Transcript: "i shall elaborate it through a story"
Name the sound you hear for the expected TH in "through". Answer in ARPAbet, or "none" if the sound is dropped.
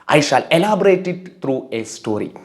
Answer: T